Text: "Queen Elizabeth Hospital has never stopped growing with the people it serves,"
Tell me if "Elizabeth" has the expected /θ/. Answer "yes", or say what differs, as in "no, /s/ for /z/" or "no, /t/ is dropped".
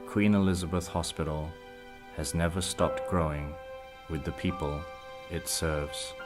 yes